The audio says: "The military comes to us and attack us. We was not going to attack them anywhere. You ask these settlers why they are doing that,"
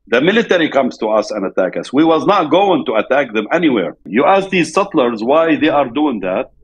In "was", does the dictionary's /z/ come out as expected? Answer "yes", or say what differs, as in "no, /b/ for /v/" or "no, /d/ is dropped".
yes